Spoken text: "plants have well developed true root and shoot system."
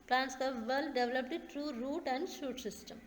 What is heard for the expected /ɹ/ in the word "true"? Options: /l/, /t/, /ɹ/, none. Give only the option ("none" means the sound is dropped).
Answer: /ɹ/